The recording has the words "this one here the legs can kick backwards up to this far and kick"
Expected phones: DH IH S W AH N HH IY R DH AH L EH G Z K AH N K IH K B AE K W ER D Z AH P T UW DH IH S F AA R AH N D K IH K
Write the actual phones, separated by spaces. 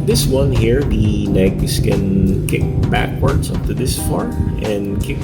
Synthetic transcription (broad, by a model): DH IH S W AH N HH IY R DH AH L EH G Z K AH N K IH K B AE K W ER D S AH P T UW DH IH S F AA R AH N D K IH K